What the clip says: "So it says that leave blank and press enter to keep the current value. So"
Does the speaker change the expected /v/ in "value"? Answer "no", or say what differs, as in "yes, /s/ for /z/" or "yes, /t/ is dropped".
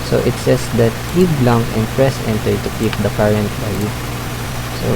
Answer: yes, /b/ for /v/